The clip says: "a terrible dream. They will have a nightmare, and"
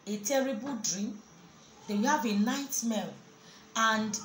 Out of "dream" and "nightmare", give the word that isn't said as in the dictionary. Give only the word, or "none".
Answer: nightmare